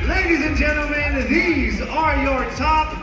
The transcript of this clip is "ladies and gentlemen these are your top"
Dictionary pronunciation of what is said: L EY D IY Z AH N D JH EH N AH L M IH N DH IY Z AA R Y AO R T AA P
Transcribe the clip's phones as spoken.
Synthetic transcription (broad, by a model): L EY D IY Z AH N JH EH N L M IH N DH IY Z AA R Y AO R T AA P